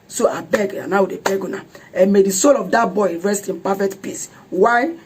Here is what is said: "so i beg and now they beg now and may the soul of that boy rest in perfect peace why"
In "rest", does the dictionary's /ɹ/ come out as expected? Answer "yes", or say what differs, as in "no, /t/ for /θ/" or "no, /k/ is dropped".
yes